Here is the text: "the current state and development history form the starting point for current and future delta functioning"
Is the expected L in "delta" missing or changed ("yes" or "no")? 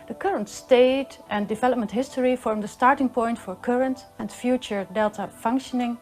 no